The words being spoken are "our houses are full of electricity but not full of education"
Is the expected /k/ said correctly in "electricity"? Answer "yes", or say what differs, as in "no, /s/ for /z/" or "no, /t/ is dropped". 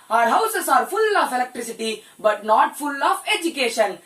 yes